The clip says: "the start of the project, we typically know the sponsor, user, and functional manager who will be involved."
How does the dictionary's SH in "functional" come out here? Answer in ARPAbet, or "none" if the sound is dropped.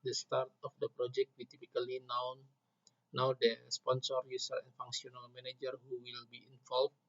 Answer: S